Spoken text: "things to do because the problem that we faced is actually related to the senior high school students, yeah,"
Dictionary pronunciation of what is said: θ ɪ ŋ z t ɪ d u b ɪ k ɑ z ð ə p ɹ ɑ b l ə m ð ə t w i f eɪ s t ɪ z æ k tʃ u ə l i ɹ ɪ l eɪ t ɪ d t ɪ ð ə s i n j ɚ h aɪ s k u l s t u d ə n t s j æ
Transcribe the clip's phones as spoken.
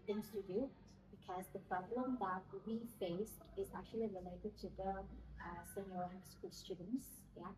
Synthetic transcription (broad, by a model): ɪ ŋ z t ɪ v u b ɪ k ɑ z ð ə p ɹ ɑ b l ə m ð ə t w i f eɪ s t ɪ z æ k tʃ u ə l i ɹ ɪ l eɪ t ɪ d t ɪ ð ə s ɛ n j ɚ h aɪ s k u l s t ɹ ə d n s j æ